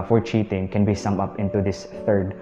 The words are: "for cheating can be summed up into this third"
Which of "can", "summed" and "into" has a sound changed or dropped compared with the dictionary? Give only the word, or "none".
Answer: summed